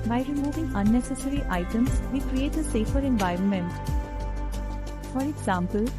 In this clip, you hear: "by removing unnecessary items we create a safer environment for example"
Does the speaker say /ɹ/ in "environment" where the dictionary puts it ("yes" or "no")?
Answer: yes